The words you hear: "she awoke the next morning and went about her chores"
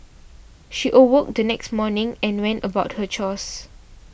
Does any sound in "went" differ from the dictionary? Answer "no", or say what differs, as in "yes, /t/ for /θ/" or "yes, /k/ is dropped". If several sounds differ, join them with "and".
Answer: no